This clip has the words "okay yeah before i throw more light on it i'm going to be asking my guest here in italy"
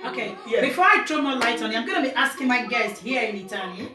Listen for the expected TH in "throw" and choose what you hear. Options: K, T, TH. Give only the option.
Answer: T